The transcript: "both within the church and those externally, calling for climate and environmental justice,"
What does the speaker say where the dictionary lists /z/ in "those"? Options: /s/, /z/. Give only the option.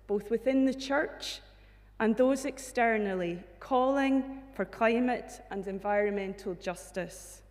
/z/